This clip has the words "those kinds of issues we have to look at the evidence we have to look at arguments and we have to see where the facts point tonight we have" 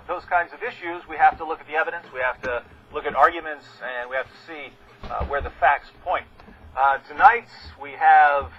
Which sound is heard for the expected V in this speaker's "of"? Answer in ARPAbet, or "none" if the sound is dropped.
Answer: V